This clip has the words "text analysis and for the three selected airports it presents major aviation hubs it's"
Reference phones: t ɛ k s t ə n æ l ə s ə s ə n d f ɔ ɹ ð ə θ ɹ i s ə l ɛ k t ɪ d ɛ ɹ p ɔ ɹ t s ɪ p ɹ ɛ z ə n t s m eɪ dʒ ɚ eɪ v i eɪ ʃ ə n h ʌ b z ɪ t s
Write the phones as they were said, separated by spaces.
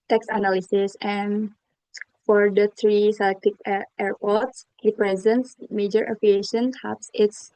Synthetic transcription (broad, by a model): t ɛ k s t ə n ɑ l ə s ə s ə n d f ɔ ɹ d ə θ ɹ i s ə l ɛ k t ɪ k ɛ ɹ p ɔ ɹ t s ɪ p ɹ ɛ z ə n t s m eɪ dʒ ɚ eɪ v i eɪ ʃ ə n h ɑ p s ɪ t s